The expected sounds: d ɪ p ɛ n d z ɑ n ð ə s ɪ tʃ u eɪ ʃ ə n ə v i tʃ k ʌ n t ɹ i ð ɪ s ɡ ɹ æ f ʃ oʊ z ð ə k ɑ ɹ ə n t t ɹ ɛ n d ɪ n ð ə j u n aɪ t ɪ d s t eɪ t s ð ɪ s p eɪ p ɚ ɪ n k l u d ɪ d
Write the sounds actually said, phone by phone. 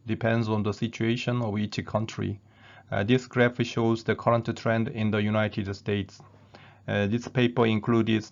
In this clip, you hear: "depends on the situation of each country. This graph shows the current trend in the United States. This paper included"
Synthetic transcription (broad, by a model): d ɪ p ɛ n d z ɑ n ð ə s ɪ tʃ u eɪ ʃ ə n ə v i tʃ k ʌ n t ɹ i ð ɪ s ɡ ɹ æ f ʃ oʊ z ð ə k ɑ ɹ ə n t t ɹ ɛ n d ɪ n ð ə j u n aɪ t ɪ d s t eɪ t s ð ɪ s p eɪ p ɚ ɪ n k l u d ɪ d